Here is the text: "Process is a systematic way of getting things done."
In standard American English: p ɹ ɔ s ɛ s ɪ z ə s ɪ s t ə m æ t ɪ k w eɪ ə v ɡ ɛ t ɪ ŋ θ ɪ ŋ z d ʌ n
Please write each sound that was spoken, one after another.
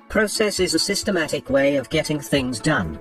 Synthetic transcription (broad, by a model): p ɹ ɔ s ɛ s ɪ z ə s ɪ s t ə m æ t ɪ k w eɪ ə v ɡ ɛ t ɪ ŋ θ ɪ ŋ z d ʌ n